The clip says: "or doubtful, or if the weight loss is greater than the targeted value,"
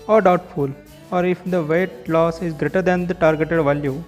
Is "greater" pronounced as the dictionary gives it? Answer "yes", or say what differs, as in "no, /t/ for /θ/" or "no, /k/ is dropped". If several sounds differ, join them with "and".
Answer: yes